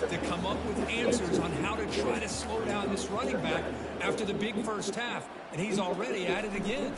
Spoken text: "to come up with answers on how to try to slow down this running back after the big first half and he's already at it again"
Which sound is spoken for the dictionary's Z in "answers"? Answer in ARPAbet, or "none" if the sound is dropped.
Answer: Z